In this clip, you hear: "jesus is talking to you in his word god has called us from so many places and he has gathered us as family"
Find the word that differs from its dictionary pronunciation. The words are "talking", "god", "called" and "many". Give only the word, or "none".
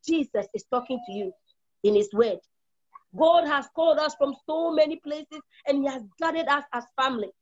none